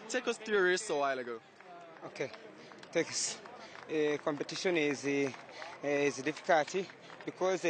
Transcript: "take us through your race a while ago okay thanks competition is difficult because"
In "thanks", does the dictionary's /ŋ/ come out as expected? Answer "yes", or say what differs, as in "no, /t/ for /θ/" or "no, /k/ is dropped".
no, /ŋ/ is dropped